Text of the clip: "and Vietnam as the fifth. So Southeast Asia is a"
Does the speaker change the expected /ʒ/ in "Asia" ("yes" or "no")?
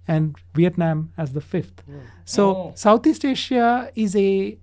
yes